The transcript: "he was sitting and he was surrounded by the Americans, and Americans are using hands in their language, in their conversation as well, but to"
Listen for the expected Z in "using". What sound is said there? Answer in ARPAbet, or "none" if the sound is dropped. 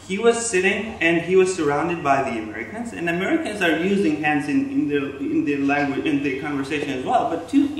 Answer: Z